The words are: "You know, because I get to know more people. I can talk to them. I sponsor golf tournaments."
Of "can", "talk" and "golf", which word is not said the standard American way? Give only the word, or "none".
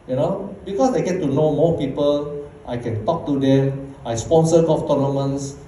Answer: golf